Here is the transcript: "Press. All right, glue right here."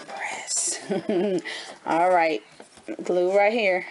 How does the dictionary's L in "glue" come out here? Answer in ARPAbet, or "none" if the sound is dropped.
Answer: L